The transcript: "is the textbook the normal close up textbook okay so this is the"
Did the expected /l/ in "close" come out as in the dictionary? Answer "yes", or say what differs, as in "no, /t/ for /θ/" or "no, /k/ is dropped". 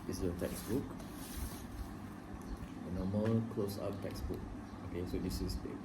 yes